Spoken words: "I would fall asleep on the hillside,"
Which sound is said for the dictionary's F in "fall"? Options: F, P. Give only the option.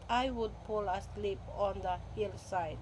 P